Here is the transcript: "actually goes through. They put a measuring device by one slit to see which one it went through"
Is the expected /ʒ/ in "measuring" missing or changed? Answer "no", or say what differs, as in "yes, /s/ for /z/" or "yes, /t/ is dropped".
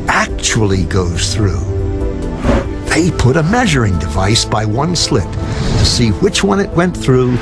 no